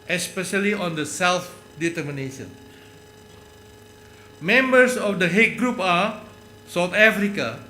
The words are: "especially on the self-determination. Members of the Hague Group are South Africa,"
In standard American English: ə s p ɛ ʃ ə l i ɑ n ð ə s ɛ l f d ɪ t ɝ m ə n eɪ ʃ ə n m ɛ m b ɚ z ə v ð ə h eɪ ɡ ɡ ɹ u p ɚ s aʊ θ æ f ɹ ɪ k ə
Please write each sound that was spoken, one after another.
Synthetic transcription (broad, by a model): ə s p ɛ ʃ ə l i ɑ n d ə s ɛ l f d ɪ t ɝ m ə n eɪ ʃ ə n m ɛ m b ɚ s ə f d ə h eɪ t ɡ ɹ u p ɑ s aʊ t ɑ f ɹ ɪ k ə